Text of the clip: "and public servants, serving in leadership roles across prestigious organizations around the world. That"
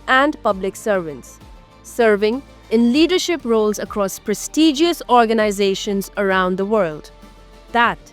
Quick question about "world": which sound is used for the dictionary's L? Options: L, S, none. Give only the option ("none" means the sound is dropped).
L